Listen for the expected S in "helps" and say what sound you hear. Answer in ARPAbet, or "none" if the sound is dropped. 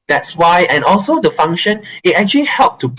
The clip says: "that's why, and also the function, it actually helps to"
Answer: none